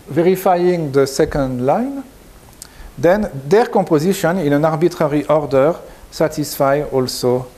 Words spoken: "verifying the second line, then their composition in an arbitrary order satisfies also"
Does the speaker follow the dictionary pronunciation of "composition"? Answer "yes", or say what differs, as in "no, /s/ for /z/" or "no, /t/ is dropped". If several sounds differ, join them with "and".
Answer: no, /m/ is dropped